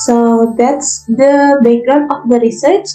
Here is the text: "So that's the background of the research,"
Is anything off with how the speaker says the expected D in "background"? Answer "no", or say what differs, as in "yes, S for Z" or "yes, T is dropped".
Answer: yes, D is dropped